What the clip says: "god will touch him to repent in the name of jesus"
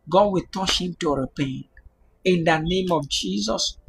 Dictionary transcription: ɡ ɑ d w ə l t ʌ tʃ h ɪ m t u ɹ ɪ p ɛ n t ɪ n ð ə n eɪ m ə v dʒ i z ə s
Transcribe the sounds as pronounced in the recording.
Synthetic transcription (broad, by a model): ɡ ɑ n w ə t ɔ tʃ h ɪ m t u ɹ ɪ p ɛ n ɪ n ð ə n eɪ m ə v dʒ i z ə s